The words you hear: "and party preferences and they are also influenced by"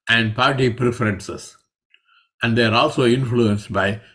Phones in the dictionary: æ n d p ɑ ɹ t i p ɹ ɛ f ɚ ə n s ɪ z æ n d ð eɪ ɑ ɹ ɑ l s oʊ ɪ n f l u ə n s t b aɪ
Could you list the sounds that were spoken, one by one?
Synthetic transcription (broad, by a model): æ n d p ɑ ɹ t i p ɹ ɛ f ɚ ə n s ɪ s æ n d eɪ ɑ ɹ ɑ l s oʊ ɪ n f l u ə n s t b aɪ